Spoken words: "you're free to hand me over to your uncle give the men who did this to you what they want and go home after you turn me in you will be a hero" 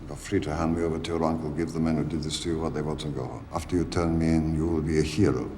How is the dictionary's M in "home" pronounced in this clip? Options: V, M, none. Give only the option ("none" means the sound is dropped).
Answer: none